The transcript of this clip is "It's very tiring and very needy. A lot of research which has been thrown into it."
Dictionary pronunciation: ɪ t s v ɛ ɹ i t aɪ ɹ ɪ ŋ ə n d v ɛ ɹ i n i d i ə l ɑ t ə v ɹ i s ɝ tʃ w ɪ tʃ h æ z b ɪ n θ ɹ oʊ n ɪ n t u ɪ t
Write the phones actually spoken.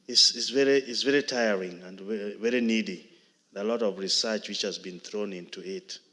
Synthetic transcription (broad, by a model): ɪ t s v ɛ ɹ i t aɪ ɹ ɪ ŋ ə n d v ɛ ɹ i n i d i ə l ɑ t ə v ɹ i s ɝ tʃ w ɪ tʃ h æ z b ɪ n θ ɹ oʊ n ɪ n t u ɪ t